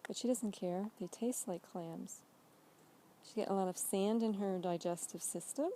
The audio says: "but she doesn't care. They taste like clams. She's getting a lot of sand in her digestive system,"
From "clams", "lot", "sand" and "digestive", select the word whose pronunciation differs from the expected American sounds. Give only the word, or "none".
none